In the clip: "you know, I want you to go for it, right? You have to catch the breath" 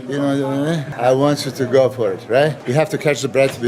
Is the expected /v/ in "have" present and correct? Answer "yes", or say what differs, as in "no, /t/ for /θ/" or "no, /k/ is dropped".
no, /f/ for /v/